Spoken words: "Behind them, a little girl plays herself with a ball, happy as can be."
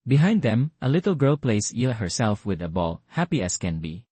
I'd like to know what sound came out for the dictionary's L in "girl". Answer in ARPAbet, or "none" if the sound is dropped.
L